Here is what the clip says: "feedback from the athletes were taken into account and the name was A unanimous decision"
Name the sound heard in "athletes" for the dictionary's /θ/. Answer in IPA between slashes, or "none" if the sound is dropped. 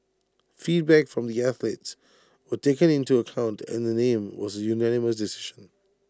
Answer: /θ/